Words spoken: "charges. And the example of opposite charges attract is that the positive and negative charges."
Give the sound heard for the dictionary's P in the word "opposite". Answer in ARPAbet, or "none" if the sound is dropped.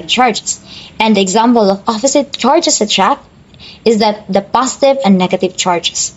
F